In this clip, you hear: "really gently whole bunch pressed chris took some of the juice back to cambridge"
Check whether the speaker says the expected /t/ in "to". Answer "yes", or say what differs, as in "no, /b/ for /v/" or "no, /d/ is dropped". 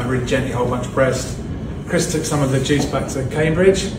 no, /s/ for /t/